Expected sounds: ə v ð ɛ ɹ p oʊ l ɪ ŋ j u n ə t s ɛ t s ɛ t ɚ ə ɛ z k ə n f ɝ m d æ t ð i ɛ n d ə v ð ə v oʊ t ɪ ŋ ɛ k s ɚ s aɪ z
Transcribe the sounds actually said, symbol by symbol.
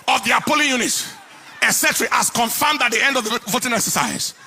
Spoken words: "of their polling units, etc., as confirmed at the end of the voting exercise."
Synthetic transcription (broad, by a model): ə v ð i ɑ p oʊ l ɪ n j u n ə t ɛ s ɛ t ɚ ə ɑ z k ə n f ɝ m d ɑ t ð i ɛ n d ə v ð ə v oʊ t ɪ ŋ ɛ k s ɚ s aɪ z